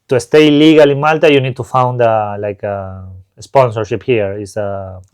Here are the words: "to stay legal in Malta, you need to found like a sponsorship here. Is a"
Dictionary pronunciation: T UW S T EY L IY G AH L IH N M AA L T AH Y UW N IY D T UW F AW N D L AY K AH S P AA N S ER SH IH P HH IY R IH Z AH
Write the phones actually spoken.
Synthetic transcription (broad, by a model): T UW S T EY L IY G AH L IH N M AA L T AH Y UW N IY D T UW F AW N D L AY K AH S P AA N S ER SH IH P HH IY R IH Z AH